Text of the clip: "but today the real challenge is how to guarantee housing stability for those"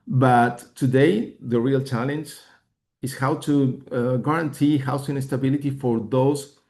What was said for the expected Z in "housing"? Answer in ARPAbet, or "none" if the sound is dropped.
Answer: S